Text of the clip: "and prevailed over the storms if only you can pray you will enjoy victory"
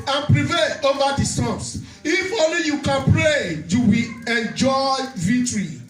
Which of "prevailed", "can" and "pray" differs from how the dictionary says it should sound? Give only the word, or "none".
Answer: prevailed